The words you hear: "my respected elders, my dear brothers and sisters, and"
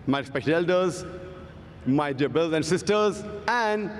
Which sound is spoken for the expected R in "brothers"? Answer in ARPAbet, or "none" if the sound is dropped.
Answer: none